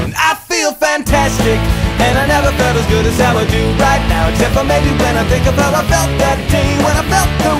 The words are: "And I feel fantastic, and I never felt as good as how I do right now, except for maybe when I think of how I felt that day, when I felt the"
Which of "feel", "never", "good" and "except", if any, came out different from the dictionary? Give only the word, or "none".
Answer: except